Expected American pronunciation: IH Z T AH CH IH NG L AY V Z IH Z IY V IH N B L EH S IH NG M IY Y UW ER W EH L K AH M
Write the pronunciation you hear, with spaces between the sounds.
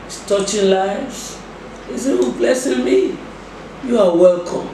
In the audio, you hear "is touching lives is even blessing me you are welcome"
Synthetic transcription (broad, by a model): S T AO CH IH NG L AY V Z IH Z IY W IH B L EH S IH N M IY Y UW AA W EH L K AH M